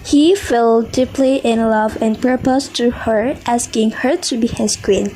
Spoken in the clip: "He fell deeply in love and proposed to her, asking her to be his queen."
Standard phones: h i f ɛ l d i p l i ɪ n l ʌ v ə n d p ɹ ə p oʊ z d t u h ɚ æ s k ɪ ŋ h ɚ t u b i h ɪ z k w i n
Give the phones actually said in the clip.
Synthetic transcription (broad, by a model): h i f ɛ l d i p l i ɪ n l ʌ v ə n p ɹ p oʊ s t u h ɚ æ s k ɪ ŋ h ɚ t u b i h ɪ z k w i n